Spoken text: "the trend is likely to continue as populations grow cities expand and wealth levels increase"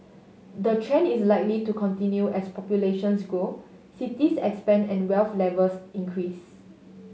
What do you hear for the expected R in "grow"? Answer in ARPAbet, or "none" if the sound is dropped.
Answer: none